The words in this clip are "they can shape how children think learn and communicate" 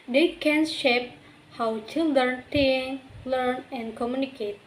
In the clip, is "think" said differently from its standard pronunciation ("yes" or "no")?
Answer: yes